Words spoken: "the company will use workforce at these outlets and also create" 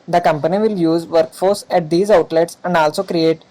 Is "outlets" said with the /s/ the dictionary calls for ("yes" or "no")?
yes